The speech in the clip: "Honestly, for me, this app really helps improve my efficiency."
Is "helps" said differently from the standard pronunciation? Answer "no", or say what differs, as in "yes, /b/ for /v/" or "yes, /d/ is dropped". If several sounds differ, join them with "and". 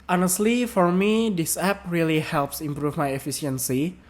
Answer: no